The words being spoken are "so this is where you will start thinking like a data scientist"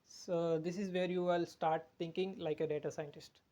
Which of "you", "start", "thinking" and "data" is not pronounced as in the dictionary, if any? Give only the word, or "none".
thinking